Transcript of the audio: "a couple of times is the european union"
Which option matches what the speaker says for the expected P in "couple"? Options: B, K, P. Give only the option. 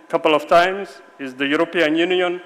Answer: P